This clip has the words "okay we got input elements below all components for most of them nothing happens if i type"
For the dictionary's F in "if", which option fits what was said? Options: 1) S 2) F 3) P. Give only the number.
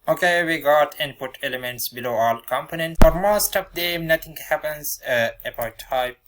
3